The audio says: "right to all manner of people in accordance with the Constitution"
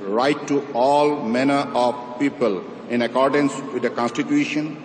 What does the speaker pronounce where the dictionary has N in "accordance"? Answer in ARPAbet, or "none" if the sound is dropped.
N